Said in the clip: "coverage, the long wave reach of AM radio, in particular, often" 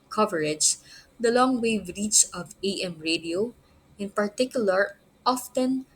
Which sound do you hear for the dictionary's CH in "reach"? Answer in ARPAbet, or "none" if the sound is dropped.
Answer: S